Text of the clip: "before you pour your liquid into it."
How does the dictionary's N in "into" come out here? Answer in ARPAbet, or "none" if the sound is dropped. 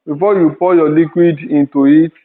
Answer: N